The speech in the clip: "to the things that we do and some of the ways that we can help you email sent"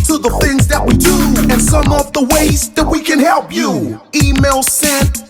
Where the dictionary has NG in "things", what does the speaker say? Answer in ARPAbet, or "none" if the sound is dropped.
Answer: NG